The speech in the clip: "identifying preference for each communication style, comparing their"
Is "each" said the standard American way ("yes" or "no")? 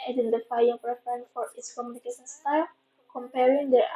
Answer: no